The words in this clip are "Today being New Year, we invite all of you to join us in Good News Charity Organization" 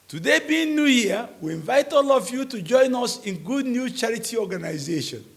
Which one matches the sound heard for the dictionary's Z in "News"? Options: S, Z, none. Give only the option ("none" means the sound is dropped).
none